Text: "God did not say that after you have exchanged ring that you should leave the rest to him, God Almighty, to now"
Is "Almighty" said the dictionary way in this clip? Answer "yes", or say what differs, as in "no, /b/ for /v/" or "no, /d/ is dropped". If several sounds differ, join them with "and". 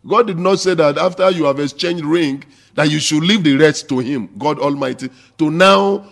yes